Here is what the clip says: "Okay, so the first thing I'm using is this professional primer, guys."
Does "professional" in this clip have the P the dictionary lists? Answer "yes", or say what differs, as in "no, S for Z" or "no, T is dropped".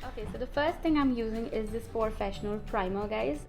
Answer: no, F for P